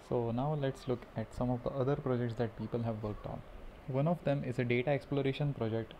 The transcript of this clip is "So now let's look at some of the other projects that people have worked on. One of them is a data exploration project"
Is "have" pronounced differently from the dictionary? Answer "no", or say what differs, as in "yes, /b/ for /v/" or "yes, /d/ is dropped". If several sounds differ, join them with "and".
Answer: no